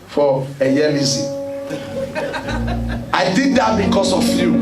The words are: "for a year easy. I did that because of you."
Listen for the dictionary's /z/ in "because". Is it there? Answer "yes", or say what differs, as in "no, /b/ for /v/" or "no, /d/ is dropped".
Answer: no, /s/ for /z/